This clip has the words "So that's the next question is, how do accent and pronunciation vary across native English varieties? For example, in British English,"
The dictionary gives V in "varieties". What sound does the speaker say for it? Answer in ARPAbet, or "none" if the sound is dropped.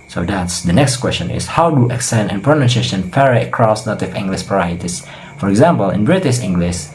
P